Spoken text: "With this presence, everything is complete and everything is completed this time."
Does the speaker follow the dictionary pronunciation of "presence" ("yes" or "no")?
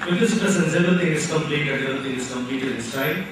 no